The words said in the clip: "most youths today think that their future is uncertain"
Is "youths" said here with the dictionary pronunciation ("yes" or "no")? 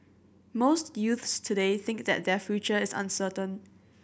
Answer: yes